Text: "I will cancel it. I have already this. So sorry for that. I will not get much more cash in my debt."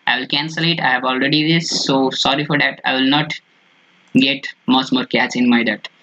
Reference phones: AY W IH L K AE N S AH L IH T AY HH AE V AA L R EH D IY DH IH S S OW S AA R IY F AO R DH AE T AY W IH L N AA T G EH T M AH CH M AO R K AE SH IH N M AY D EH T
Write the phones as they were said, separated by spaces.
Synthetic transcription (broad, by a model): AY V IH L K AE N S AH L IH T AY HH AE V AA L R EH D IY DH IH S S OW S AA R IY F AO R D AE T AY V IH L N AA T G EH T M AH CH M AO R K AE S IH N M AY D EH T